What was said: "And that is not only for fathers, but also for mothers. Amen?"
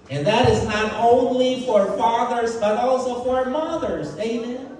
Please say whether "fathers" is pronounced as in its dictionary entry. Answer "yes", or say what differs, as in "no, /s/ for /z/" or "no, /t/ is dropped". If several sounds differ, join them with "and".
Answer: yes